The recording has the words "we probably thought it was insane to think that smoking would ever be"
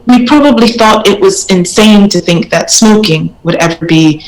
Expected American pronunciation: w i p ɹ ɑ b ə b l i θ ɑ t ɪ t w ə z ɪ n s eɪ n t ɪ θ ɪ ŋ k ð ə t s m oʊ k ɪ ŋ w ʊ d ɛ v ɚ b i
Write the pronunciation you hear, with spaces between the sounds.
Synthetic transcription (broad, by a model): w i p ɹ ɑ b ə b l i θ ɑ t ɪ t w ə z ɪ n s eɪ n t ɪ θ ɪ ŋ k ð ə t s m oʊ k ɪ ŋ w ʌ d ɛ v ɚ b i